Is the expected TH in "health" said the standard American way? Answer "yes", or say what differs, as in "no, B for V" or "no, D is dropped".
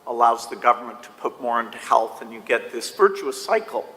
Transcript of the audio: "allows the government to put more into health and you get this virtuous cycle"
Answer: yes